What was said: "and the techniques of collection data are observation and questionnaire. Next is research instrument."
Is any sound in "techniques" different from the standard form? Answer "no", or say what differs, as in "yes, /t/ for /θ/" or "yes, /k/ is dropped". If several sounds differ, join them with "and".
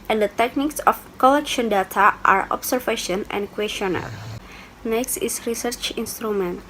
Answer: no